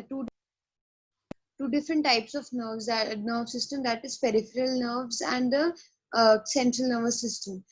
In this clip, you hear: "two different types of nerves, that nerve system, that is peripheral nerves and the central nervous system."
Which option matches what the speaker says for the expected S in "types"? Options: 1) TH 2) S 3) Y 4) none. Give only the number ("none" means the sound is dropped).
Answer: 2